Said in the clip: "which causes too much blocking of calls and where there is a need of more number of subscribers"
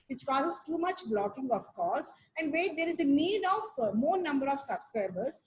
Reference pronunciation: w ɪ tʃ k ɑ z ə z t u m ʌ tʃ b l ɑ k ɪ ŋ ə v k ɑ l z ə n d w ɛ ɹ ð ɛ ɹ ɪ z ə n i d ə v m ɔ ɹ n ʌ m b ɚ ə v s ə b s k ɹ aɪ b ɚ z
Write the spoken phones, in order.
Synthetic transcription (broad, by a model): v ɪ tʃ k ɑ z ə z t u m ʌ tʃ b l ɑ k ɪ ŋ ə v k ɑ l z ə n d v ɛ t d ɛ ɹ ɪ z ə n i d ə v m ɔ ɹ n ʌ m b ɚ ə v s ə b s k ɹ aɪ b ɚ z